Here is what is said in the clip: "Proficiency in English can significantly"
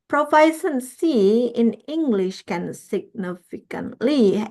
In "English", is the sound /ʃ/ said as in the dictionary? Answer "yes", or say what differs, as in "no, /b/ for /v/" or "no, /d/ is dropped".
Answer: yes